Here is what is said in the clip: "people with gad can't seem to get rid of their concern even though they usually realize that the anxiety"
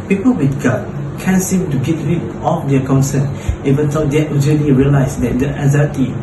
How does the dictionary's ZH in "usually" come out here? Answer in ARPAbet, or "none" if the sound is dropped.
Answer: Z